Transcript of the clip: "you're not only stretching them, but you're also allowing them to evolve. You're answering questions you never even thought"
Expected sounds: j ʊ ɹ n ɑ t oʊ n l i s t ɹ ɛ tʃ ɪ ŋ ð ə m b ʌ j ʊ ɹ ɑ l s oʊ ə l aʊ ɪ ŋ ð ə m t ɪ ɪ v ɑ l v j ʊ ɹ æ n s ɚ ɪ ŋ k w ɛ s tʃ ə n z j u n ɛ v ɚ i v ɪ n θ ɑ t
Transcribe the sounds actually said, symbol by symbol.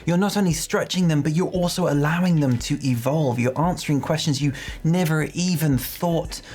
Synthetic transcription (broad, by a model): j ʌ ɹ n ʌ t oʊ n l i s t ɹ ɛ tʃ ɪ ŋ ð ə m b ʌ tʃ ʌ ɹ ɑ l s oʊ ə l aʊ ɪ ŋ ð ə m t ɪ ɪ v ɑ l v j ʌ ɹ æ n s ɚ ɪ ŋ k w ɛ s tʃ ə n z j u n ɛ v ɚ i v ɪ n θ ɑ t